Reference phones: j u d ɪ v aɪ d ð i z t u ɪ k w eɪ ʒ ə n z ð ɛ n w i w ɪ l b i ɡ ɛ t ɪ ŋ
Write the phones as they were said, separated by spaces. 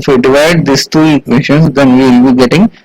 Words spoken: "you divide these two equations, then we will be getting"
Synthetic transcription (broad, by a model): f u d ɪ v aɪ d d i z t u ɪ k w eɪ ʃ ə n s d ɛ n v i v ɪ l b i ɡ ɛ t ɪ ŋ